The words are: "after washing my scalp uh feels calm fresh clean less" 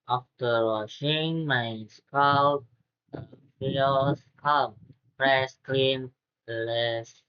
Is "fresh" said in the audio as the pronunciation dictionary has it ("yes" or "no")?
no